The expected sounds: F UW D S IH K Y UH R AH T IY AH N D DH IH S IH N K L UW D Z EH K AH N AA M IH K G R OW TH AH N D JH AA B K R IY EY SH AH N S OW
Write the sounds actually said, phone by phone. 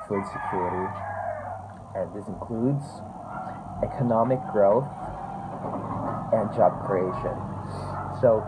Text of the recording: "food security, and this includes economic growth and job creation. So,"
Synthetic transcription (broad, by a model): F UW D S IH K Y UH R AH T IY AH N DH IH S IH N K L UW D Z EH K AH N AA M IH K G R OW TH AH N JH AA B K R IY EY SH AH N S OW